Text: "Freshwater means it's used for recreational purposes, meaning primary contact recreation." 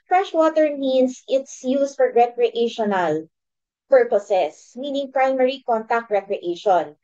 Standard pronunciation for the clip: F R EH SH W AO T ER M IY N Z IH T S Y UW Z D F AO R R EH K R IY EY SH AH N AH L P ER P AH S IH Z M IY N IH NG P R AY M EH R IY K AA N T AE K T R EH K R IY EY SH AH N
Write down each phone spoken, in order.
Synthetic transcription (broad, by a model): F R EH SH W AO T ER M IY N S IH T S Y UW S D F AO R R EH K R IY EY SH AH N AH L P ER P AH S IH S M IY N IH NG P R AY M EH R IY K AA N T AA K T R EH K R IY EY SH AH N